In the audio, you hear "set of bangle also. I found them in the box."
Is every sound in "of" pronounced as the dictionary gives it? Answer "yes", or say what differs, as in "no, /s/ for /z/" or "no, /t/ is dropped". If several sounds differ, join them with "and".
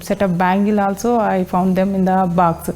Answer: no, /p/ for /v/